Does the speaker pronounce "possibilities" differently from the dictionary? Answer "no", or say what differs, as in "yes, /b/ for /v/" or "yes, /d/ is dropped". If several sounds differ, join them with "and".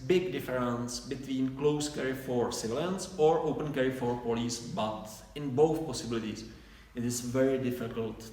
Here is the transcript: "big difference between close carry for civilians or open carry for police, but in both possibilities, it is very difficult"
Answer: yes, /s/ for /z/